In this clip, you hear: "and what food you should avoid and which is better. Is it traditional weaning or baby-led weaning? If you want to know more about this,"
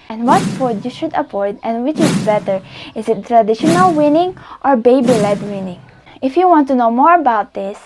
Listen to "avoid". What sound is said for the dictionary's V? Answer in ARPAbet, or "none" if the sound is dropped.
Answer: P